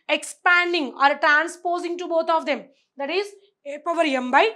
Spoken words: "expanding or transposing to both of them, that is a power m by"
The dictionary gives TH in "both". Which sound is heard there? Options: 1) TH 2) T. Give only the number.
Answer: 2